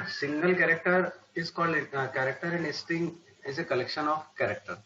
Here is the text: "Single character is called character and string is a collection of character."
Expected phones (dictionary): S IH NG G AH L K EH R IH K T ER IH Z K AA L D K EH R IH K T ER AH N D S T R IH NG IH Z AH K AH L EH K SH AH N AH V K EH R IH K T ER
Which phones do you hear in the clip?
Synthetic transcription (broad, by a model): S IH NG G AH L K EH R IH K T ER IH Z K AA L D K EH R IH K T ER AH N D S T IH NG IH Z AH K AH L EH K SH AH N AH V K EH R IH K T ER